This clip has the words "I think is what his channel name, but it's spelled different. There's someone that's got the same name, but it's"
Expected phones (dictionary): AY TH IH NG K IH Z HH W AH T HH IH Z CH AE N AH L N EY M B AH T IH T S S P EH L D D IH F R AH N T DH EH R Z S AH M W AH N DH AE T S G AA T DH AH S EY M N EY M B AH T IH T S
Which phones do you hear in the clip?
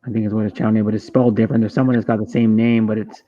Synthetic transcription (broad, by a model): AY TH IH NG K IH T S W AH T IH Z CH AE AH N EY B AH T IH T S S P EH L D D IH F R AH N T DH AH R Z S AH M W AH N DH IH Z G AA T DH AH S EY M N EY M B AH T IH T S